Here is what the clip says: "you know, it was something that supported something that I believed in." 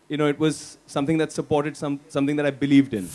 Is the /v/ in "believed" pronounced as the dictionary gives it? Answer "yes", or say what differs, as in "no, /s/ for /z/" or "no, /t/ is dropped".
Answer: yes